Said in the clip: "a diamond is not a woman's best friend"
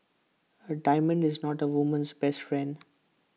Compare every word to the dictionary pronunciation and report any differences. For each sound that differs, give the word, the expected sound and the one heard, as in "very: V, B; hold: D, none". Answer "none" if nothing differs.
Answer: none